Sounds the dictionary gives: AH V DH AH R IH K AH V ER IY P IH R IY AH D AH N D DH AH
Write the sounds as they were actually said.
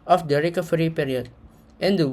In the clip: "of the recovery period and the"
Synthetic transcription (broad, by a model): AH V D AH R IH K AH F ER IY P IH R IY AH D AH N D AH